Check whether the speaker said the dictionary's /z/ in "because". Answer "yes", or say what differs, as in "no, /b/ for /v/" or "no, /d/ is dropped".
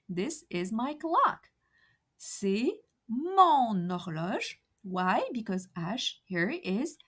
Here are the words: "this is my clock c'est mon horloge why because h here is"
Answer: yes